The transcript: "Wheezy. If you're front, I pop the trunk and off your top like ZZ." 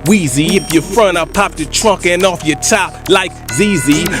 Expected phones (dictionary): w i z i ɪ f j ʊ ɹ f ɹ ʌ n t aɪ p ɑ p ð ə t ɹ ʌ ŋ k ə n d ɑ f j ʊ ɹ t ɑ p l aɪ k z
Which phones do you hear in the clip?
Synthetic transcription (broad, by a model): w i z i ɪ f j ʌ ɹ f ɹ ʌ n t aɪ p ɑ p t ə t ɹ ʌ ŋ k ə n ɑ f j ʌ ɹ t ɑ p l aɪ k z